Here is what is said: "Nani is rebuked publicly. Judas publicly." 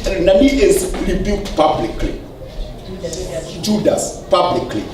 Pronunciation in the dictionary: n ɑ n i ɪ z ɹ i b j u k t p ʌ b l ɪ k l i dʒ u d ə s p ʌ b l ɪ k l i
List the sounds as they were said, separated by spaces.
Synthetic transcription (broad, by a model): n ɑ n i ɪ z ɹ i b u t p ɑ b l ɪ k l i dʒ u d ə s p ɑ b l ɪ k l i